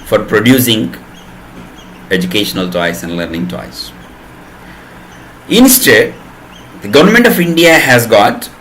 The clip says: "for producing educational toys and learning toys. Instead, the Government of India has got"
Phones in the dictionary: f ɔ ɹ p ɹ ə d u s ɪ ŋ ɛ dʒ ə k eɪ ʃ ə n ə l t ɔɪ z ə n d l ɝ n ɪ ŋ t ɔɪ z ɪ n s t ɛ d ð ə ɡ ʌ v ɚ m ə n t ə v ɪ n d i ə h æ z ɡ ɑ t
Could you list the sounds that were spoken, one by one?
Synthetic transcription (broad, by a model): f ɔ ɹ p ɹ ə d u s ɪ ŋ ɛ dʒ ə k eɪ ʃ ə n ə l t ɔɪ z ə n d l ɝ n ɪ ŋ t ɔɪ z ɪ n s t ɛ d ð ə ɡ ʌ v ɚ m ə n t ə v ɪ n d i ə h æ z ɡ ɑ t